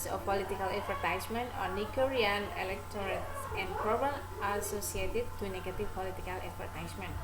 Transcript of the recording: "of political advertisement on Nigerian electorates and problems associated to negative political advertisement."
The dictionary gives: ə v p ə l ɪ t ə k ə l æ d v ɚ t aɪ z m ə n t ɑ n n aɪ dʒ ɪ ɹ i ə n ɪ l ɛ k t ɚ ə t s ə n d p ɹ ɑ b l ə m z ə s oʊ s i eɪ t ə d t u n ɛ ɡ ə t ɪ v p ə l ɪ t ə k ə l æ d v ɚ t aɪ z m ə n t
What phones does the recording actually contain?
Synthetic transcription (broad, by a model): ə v p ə l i t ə k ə l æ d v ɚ t aɪ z m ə n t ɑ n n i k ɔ ɹ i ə n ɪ l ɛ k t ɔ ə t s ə n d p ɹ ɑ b ə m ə s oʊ s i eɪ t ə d t u n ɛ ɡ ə t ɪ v p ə l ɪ t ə k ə l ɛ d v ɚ t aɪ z m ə n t